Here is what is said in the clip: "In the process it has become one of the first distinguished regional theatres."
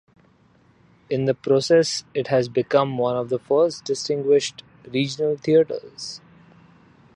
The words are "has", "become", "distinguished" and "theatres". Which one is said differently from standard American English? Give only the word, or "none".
theatres